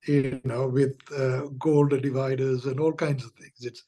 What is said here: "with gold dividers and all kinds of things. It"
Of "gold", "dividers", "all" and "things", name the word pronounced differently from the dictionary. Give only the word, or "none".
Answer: things